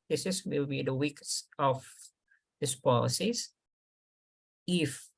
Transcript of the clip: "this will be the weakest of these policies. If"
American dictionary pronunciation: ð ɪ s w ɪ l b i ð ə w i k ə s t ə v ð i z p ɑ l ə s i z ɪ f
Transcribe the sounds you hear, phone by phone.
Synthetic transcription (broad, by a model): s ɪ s w ɪ l b i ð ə w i k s ə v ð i s p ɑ l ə s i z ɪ f